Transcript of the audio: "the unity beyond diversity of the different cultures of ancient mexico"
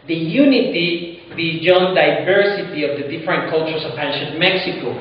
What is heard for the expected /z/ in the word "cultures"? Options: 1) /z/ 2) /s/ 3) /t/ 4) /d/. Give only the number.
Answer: 2